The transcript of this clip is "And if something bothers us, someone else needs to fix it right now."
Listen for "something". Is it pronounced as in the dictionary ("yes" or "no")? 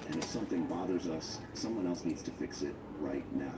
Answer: yes